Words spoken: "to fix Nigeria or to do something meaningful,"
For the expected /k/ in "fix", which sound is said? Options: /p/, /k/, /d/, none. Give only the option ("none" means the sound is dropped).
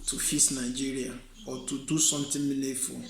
none